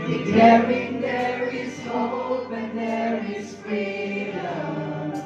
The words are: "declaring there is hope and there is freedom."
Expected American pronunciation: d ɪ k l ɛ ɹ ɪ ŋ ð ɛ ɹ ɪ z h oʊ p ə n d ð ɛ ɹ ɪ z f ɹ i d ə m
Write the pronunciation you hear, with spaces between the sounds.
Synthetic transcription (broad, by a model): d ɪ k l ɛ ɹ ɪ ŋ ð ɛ ɹ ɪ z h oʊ b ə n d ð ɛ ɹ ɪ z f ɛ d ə